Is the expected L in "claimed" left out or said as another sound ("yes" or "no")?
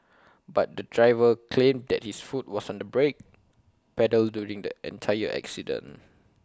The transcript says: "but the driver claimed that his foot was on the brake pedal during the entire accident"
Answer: no